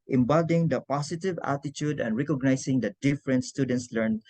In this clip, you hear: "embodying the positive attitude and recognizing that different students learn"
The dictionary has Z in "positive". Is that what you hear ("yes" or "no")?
no